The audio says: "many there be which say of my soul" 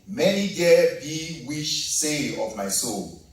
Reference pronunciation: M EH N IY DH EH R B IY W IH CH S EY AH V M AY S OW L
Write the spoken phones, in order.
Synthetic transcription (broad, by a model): M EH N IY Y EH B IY W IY SH S EY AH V M AY S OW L